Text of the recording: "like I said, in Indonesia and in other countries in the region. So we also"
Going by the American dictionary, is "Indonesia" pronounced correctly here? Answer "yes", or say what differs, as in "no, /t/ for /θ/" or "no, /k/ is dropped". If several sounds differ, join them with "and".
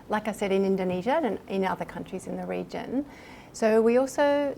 yes